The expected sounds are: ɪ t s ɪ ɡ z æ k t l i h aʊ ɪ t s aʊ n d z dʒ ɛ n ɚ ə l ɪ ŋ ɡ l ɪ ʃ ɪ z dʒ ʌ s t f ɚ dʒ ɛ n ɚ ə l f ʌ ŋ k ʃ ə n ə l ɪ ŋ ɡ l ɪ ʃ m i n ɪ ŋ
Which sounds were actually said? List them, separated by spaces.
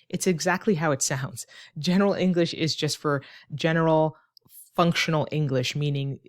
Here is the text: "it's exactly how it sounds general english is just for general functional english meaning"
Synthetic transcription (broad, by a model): ɪ t s ɪ ɡ z æ k t l i h aʊ ɪ t s aʊ n d z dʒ ɛ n ɚ l ɪ ŋ ɡ l ɪ ʃ ɪ z dʒ ʌ s t f ɚ dʒ ɛ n ɚ l f ʌ ŋ k ʃ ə n l ɪ ŋ ɡ l ɪ ʃ m i n ɪ ŋ